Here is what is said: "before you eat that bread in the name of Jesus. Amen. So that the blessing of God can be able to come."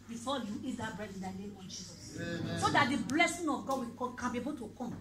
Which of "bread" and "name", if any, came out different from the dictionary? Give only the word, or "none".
name